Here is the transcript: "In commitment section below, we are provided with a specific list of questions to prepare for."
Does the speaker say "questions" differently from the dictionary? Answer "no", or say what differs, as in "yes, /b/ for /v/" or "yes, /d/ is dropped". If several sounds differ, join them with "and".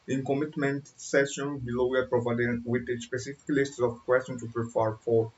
yes, /z/ is dropped